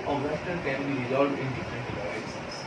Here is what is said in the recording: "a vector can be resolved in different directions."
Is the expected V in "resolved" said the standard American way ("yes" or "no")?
no